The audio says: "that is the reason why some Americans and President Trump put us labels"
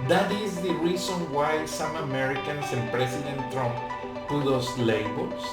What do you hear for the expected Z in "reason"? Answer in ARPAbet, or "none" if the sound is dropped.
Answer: S